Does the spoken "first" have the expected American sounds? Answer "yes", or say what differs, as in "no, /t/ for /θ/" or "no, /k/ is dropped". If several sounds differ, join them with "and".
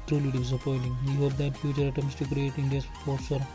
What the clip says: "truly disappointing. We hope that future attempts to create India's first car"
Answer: no, /s/ is dropped